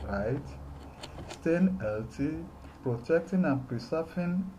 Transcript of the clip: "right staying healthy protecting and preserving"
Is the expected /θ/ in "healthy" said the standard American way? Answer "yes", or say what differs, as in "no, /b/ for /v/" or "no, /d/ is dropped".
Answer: no, /t/ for /θ/